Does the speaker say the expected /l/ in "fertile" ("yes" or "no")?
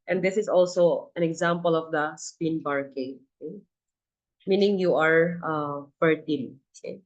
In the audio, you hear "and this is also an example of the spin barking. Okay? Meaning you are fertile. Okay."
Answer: no